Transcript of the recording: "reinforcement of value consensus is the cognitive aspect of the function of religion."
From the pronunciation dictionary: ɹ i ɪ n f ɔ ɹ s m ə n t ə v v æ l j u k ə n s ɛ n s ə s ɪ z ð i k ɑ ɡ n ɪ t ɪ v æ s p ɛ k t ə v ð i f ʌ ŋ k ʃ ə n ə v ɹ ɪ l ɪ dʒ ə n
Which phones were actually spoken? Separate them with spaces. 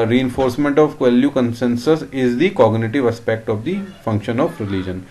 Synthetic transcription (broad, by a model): ɹ i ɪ n f ɔ ɹ s m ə n t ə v w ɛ l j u k ə n s ɛ n s ə s ɪ z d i k ɑ ɡ n ɪ t ɪ v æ s p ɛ k t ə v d i f ʌ ŋ k ʃ ə n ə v ɹ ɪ l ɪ dʒ ə n